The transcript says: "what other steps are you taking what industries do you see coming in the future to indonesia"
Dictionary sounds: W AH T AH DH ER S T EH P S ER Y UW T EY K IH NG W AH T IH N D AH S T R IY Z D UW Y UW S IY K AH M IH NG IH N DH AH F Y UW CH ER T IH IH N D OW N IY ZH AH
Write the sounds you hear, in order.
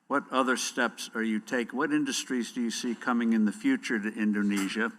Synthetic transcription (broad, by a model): W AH T AH DH ER S T EH P S ER Y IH T EY IH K W AH T IH N D AH S T R IY Z D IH Y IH S IY K AH M IH NG IH N DH AH F Y UW CH ER T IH IH N D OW N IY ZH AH